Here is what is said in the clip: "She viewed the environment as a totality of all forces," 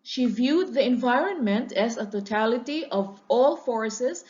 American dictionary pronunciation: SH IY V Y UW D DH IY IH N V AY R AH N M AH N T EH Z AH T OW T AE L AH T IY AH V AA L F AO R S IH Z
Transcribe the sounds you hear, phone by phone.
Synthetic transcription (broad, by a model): SH IY V Y UW D DH IY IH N V AY R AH N M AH N T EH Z AH T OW T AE L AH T IY AH V AA L F AO R S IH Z